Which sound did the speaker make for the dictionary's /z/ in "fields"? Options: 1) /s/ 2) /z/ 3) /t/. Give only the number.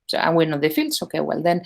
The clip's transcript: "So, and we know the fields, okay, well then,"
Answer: 1